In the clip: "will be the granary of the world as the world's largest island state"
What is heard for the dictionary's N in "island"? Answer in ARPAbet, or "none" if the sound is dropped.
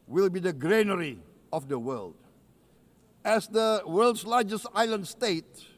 N